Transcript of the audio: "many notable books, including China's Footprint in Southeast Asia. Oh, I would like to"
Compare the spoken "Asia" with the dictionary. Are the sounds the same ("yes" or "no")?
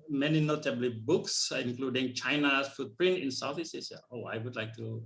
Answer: no